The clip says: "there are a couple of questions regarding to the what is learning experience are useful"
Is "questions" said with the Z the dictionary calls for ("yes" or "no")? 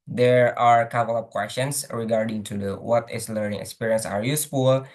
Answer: no